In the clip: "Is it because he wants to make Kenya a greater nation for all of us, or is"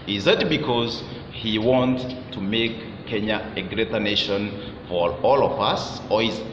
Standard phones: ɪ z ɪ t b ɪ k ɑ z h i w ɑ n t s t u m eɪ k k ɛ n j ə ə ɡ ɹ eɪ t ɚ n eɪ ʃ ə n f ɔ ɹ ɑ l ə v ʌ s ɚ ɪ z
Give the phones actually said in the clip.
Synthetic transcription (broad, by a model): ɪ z ɪ t b ɪ k ɑ z h i w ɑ n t t u m eɪ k k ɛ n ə ə ɡ ɹ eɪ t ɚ n eɪ ʃ ə n f ɔ ɹ ɑ l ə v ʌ s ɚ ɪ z